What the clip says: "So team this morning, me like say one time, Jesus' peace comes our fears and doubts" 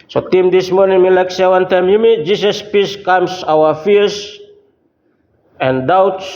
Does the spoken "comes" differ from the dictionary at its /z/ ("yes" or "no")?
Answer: yes